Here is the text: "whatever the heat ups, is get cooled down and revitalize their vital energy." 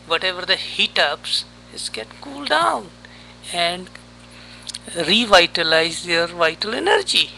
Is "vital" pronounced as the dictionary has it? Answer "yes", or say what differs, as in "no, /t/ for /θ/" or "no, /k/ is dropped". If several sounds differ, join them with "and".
yes